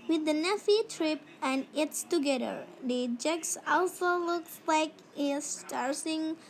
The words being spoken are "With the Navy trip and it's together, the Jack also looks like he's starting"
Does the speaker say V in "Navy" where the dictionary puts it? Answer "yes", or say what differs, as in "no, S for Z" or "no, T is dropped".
no, F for V